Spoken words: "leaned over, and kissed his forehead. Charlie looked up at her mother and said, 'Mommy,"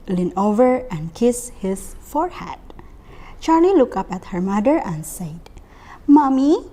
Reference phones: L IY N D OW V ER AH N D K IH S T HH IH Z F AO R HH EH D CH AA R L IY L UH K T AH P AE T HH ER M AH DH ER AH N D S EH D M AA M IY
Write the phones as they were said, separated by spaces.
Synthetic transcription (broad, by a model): L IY N OW V ER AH N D K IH S HH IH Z F AO R HH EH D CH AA R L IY L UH K AH P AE T HH ER M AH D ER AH N S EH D M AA M IY